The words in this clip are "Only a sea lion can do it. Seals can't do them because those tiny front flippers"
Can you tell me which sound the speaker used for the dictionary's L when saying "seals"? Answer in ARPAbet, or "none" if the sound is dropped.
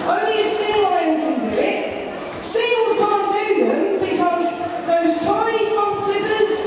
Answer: L